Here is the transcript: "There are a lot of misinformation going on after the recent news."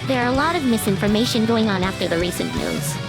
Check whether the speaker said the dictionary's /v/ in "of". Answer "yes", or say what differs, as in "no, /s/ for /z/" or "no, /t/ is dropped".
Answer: yes